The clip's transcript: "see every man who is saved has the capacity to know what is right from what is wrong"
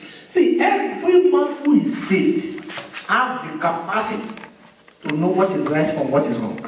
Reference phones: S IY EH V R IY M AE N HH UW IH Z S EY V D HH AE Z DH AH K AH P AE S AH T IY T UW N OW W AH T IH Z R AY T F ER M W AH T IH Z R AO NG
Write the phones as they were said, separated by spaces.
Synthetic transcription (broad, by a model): S IY EH V R IY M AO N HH UW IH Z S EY D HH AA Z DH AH K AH P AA S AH T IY T UW N OW W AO T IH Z R AY T F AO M W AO T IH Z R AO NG